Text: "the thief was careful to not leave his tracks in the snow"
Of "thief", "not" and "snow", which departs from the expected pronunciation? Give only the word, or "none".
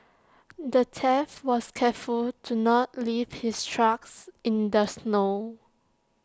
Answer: thief